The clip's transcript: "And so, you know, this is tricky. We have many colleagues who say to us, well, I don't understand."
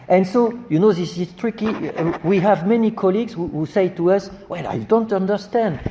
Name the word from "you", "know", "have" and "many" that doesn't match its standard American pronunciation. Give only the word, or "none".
none